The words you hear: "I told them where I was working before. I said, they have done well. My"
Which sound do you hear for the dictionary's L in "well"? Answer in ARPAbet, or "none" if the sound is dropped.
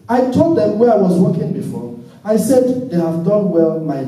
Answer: L